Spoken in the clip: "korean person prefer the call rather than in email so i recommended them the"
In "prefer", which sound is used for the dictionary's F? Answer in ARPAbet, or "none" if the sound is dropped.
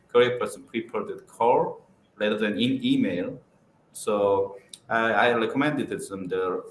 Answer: P